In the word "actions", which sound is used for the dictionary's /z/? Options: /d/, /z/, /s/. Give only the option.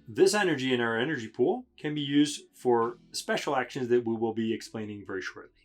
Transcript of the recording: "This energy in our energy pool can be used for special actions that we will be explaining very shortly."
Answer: /z/